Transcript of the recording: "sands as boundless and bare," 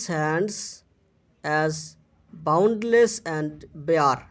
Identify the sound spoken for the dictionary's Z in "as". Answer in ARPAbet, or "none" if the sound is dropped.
Z